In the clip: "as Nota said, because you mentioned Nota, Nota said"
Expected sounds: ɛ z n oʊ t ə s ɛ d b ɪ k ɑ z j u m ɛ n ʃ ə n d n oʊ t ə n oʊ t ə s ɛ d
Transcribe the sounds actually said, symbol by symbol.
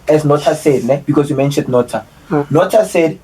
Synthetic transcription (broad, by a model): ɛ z n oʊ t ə s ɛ d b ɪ k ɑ s j u m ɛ n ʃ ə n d n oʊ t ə n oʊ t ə s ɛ d